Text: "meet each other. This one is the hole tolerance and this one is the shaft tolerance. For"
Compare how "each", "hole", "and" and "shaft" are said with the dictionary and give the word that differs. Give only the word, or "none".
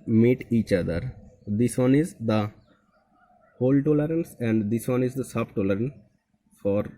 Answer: shaft